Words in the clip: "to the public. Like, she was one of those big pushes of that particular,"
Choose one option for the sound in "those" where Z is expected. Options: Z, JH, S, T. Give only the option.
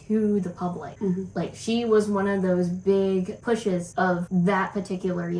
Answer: Z